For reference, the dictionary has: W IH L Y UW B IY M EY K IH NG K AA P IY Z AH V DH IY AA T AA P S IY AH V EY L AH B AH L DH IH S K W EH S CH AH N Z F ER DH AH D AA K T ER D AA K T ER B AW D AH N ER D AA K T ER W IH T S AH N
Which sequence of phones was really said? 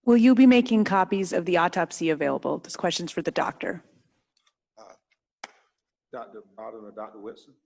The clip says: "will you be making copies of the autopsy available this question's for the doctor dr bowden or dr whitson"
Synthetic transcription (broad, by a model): W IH L Y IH B IY M EY K IH NG K AA P IY Z AH V DH IY AA T AA P S IY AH V EY L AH B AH L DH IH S K W EH S CH AH N Z F ER DH AH D AA K T ER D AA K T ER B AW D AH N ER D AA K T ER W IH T S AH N